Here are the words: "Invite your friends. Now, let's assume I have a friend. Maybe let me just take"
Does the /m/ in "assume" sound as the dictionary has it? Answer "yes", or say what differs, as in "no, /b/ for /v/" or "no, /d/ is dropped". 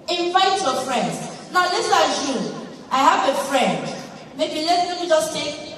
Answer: no, /m/ is dropped